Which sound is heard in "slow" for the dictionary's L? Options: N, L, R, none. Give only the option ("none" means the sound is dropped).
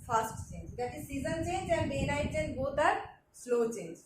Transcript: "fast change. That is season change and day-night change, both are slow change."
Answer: L